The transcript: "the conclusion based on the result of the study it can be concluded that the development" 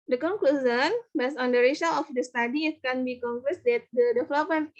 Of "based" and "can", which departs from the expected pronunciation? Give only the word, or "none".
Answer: based